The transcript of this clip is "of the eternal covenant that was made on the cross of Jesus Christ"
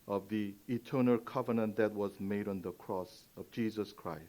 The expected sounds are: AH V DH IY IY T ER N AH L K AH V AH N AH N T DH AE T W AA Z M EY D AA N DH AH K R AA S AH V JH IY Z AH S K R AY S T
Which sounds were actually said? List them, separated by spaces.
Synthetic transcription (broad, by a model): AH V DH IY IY T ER N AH L K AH V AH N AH N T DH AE T W AA Z M EY D AA N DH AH K R AA S AH V JH IY Z AH S K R AY S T